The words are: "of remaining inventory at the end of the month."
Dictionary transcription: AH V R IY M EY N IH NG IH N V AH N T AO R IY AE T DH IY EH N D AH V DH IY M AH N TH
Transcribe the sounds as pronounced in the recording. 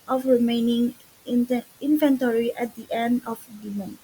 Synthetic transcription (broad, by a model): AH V R IY M EY N IH NG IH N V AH N T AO R IY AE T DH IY EH N D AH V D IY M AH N